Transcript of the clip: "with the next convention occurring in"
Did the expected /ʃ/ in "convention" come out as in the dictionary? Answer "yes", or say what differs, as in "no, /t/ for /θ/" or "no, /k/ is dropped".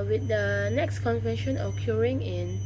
yes